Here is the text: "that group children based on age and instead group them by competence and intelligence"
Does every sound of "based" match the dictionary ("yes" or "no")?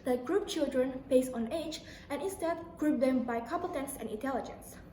no